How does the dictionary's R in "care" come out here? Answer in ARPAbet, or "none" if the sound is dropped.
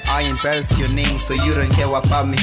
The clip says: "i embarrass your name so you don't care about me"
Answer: W